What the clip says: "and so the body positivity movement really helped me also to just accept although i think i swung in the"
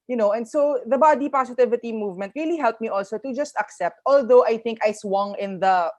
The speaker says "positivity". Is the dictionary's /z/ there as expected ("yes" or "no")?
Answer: no